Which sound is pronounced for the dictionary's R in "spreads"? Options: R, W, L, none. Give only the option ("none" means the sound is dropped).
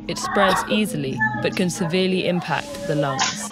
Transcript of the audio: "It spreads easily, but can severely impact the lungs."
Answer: R